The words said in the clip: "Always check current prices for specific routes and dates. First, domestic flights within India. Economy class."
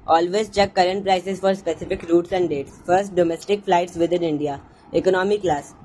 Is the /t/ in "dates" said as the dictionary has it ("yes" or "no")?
yes